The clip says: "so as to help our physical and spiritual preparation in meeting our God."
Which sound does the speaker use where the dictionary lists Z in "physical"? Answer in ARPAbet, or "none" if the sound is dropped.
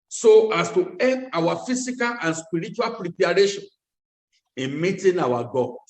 S